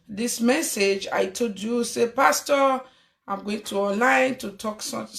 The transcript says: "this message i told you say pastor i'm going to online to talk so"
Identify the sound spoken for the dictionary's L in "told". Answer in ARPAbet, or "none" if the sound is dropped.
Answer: none